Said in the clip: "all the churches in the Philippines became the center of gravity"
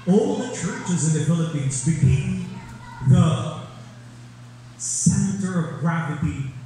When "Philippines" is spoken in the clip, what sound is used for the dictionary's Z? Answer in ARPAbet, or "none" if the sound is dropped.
Z